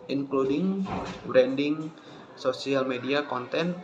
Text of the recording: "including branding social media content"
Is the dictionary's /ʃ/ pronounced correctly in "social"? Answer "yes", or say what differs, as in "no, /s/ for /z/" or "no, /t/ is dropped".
no, /s/ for /ʃ/